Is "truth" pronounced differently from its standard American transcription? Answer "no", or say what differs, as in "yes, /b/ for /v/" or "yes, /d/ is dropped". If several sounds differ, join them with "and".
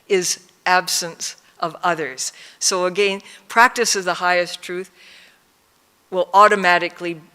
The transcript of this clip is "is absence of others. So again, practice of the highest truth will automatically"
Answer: no